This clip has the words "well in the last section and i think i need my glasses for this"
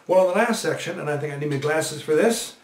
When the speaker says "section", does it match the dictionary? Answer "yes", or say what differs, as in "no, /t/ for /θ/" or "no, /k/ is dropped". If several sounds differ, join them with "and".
yes